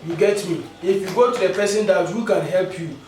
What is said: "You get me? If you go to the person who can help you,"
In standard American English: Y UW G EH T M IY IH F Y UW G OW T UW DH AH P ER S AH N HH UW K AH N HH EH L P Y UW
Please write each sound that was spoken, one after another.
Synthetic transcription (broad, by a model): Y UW G EH T M IY IH F Y UW G OW T UW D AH P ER S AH N HH UW K AH N HH EH L P Y UW